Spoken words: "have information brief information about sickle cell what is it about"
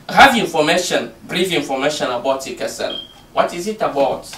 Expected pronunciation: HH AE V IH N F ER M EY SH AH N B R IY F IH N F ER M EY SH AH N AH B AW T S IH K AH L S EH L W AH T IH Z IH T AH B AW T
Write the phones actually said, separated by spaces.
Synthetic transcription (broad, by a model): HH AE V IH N F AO M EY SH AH N B R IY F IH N F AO M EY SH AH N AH B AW T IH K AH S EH N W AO T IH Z IH T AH B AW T